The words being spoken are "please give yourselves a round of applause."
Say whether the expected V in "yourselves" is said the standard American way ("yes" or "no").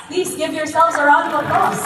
no